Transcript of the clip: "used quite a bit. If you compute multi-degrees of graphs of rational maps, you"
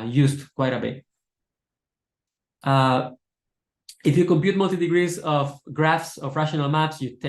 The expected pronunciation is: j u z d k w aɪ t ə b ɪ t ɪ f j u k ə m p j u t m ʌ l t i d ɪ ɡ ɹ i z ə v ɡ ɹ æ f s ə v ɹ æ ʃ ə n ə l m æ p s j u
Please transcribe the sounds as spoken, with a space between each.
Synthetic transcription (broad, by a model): j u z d k w aɪ t ə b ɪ t ɪ f j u k ə m p j u t m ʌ l t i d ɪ ɡ ɹ i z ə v ɡ ɹ æ f s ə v ɹ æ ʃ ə n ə l m æ p s j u